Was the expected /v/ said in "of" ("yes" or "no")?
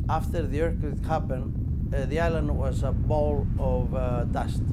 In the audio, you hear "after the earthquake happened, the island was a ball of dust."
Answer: yes